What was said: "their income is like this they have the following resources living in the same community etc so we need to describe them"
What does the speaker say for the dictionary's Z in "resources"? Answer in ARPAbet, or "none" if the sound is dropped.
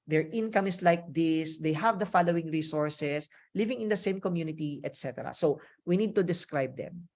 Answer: S